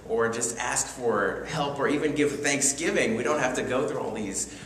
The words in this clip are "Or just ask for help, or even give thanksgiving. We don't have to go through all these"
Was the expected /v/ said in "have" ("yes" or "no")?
no